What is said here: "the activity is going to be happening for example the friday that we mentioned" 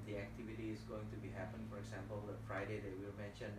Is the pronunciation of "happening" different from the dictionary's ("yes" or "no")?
yes